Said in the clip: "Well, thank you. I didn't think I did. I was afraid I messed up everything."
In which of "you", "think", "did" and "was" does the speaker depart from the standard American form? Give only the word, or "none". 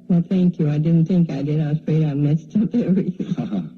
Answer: none